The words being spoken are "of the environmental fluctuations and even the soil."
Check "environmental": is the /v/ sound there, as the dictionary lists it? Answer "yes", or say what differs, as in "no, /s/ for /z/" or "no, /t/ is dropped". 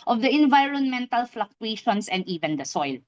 yes